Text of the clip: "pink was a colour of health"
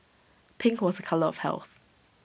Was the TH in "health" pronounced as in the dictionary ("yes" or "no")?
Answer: yes